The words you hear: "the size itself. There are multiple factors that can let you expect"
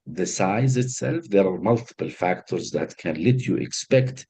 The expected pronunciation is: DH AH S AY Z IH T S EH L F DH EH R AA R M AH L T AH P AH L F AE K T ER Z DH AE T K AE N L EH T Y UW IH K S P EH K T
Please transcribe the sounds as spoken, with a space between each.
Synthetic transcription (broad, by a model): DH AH S AY Z IH T S EH L F DH EH R AA R M AH L T AH P AH L F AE K T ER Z DH AE T K AE N L EH T Y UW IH K S P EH K T